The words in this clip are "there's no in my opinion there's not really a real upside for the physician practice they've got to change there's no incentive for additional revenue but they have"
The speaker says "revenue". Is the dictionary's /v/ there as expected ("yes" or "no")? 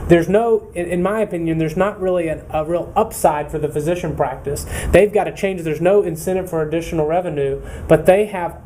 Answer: yes